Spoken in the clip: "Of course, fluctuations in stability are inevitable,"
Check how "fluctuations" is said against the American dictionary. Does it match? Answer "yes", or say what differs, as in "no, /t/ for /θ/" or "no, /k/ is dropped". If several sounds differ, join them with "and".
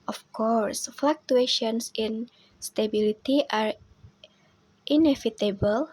no, /s/ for /z/